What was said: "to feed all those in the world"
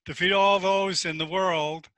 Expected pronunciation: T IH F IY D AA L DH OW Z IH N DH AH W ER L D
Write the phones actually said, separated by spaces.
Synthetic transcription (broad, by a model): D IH F IY D AA L DH OW Z IH N DH AH W ER L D